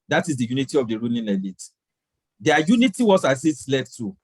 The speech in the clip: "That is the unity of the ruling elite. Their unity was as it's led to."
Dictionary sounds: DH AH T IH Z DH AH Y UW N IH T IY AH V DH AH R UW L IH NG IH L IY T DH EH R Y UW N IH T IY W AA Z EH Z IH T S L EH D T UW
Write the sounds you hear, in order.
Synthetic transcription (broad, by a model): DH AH T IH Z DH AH Y UW N IH T IY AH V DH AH R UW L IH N IH L IY T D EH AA Y UW N IH T IY W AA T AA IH S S L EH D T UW